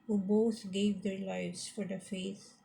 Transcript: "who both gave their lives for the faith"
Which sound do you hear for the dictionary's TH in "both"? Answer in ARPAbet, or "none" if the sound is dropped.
T